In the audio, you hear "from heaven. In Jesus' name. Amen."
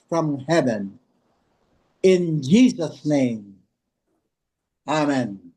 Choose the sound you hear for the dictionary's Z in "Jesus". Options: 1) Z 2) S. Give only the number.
1